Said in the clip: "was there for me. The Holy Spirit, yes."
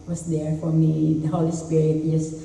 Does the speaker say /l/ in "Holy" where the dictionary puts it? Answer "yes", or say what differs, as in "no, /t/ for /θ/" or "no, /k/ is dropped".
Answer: yes